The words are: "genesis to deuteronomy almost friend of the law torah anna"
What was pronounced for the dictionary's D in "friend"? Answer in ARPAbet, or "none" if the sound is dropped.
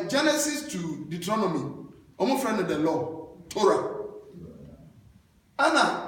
none